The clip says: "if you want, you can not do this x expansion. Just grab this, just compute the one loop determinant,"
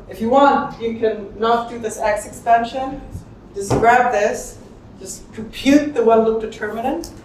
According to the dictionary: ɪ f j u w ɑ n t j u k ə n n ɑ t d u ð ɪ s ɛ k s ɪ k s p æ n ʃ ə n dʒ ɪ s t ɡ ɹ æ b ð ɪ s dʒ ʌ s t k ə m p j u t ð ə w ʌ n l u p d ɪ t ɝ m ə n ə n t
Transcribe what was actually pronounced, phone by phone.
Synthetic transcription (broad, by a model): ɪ f j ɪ w ɑ n t j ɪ k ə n n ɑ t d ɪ ð ɪ s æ k s ɪ k s p æ n ʃ ə n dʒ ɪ s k ɹ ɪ b ð ɪ s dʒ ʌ s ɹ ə p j u t ð ə w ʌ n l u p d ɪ t ɝ m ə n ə n t